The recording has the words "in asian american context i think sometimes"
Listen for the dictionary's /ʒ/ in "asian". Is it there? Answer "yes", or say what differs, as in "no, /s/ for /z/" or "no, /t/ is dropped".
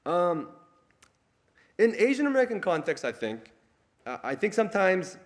yes